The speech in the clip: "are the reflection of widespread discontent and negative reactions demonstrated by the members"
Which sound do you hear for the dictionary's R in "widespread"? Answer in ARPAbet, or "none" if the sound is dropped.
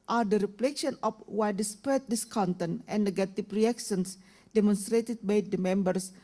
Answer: none